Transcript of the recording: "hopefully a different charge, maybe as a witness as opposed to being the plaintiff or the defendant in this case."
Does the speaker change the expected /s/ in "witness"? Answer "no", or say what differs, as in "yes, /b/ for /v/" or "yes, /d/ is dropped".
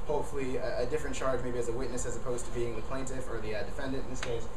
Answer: no